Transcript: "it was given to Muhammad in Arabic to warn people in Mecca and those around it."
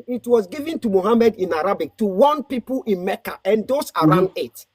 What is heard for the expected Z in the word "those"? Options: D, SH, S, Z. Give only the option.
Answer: S